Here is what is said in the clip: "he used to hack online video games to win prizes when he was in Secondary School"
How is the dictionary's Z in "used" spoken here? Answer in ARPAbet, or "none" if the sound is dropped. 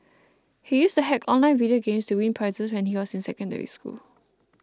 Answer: S